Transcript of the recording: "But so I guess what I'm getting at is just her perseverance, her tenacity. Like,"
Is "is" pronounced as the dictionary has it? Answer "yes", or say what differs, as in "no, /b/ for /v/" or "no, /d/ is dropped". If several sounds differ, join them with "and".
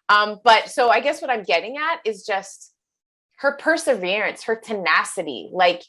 yes